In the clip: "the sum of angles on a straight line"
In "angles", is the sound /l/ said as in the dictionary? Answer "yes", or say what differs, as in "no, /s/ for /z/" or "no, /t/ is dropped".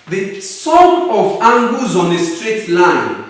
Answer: no, /l/ is dropped